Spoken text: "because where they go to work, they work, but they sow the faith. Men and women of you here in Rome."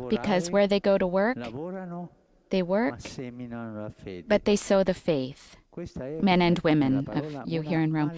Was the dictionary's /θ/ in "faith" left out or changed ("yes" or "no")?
no